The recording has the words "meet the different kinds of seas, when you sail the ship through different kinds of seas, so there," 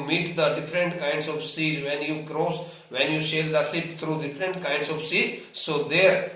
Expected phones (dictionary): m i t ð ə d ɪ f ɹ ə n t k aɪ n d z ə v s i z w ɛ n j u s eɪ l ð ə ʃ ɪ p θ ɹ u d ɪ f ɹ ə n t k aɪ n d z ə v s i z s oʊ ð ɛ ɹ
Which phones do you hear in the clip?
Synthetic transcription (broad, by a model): m i t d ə d ɪ f ɹ ə n t k aɪ n d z ə v s i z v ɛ n j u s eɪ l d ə s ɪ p t ɹ u d ɪ f ɹ ə n t k aɪ n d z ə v s i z s oʊ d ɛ ɹ